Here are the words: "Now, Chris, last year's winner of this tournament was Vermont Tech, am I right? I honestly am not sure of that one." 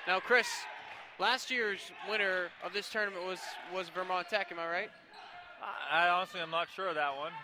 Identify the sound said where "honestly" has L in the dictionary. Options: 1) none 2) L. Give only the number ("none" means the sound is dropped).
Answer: 2